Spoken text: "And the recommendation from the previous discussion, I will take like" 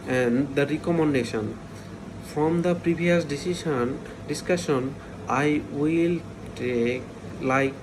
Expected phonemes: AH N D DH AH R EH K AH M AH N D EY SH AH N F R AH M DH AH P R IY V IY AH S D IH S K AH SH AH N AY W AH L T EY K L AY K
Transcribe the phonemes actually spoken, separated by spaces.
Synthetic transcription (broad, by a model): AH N D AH R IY K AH M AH N D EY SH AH N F R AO M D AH P R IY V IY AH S D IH S K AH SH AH N AY W AH L T EY K L AY K